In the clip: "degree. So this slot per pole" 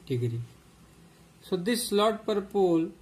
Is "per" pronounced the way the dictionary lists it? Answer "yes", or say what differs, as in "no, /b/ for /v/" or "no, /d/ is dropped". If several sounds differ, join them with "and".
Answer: yes